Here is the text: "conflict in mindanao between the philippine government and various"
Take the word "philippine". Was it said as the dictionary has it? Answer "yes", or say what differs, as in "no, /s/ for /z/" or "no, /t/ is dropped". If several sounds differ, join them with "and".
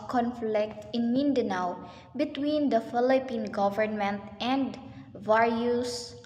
yes